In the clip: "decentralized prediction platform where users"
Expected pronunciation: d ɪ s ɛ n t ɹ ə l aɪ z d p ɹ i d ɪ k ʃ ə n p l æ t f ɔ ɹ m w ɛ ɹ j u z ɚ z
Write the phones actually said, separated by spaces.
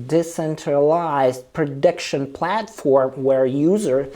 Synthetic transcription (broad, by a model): d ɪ s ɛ n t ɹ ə l aɪ z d p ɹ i d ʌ k ʃ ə n p l æ t f ɔ ɹ m w ɛ ɹ j u z ɚ